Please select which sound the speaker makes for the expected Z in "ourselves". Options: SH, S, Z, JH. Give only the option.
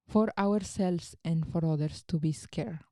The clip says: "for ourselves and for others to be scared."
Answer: S